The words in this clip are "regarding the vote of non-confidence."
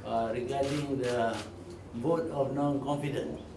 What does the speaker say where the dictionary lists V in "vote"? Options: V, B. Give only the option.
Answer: B